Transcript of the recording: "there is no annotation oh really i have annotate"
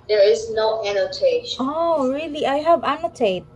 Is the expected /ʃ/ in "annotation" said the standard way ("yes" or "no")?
no